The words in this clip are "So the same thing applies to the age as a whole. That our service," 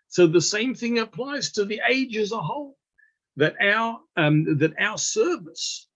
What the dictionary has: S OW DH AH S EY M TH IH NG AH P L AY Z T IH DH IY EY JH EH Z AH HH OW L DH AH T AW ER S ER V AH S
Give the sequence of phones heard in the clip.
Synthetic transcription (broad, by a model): S OW DH AH S EY M TH IH NG AH P L AY Z T IH DH IY EY JH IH Z AH HH OW L DH AH T AW ER S ER V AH S